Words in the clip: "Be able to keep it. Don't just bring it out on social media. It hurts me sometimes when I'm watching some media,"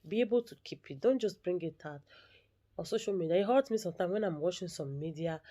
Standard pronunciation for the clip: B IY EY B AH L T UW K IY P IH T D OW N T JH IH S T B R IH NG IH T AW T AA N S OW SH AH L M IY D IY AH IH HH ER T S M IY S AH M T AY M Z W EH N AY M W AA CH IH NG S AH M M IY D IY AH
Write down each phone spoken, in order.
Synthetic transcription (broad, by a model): B IY EY B AH L T UW K IY P IH T D OW N T JH IH S T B R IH NG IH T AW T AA S OW SH AH L M IY D IY AH IH HH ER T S M IY S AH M T AY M W EH N AY M W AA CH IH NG S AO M M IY D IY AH